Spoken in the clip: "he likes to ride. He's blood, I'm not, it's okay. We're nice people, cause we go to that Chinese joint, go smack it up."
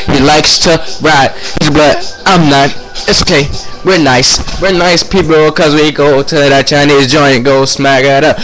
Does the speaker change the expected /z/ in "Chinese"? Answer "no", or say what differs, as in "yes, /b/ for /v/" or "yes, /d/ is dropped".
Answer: no